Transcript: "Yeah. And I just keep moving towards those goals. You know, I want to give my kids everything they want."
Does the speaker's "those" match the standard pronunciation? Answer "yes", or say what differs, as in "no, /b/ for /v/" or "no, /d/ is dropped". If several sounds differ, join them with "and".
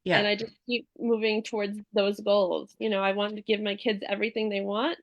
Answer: yes